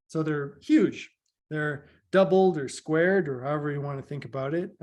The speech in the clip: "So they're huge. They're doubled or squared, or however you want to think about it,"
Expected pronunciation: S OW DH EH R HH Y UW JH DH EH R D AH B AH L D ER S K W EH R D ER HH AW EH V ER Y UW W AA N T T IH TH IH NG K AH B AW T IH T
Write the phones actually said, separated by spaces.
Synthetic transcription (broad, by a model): S OW DH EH R HH Y UW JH DH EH R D AH B L D ER S K W EH R D ER HH AW EH V ER Y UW W AA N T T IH TH IH NG K AH B AW T IH T